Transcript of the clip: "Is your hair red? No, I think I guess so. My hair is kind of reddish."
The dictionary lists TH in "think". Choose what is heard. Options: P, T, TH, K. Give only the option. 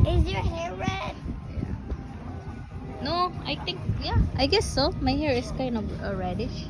T